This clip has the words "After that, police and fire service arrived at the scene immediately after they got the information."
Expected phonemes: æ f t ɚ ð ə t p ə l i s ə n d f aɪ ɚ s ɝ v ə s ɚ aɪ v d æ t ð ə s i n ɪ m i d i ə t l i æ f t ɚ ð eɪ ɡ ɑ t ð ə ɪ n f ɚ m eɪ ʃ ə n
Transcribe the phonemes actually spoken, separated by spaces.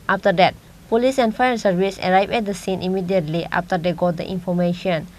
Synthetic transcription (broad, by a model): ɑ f t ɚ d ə t p ə l i s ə n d f aɪ ɚ s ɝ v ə s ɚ aɪ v ɛ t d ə s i n ɪ m i d i ə t l i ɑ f t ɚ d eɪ ɡ ɑ t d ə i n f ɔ m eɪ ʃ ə n